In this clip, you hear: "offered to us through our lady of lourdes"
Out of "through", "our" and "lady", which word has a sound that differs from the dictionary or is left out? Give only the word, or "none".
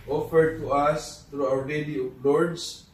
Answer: through